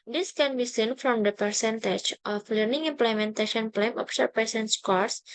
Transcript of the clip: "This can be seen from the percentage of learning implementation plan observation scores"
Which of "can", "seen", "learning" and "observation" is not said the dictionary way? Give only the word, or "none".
observation